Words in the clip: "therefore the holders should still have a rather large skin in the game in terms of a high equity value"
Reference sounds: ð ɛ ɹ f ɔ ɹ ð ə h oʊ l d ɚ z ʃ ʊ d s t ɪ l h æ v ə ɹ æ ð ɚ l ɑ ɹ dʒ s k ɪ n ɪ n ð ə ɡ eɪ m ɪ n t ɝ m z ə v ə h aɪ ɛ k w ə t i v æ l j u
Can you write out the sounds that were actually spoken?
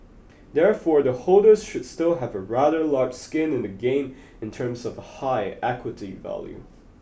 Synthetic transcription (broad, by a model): ð ɛ ɹ f ɔ ɹ ð ə h oʊ l d ɚ z ʃ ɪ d s t ɪ l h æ v ə ɹ æ ð ɚ l ɑ ɹ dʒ s k ɪ n ɪ n ð ə ɡ eɪ m ɪ n t ɝ m z ə v ə h aɪ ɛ k w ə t i v æ l j u